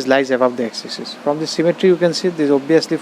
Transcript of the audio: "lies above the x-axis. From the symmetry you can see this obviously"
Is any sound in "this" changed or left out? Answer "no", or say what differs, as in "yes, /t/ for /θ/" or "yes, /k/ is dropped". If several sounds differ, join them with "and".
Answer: yes, /s/ is dropped